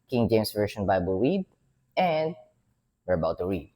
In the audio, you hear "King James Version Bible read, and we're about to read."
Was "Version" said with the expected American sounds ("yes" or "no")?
no